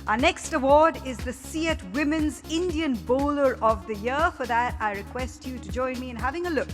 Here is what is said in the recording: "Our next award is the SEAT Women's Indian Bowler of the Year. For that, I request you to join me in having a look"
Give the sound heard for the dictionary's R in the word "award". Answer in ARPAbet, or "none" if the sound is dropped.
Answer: R